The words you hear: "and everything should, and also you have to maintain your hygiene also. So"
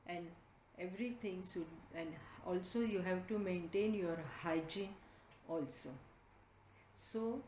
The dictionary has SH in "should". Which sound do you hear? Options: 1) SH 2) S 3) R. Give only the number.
2